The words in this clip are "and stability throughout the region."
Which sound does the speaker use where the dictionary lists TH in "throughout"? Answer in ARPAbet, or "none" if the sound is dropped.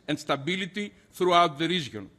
TH